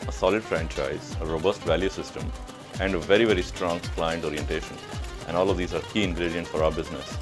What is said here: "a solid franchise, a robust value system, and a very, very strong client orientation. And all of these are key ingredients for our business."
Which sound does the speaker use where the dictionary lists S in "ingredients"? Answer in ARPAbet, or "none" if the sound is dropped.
none